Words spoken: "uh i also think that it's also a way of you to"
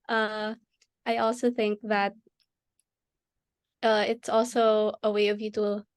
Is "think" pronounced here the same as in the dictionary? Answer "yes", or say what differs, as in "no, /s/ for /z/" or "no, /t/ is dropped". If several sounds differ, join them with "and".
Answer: yes